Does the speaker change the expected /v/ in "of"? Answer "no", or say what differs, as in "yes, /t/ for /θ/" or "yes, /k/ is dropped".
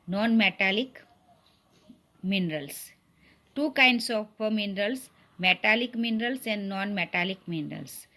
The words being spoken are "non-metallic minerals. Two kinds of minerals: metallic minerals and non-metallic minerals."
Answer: yes, /p/ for /v/